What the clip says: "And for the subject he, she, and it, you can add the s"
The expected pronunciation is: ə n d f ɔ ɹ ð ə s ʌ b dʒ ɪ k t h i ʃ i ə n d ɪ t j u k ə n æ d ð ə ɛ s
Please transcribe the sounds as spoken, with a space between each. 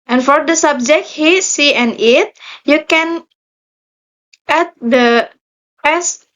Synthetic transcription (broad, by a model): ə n f ɔ ɹ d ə s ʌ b dʒ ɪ k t h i s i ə n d ɪ t j u k ə n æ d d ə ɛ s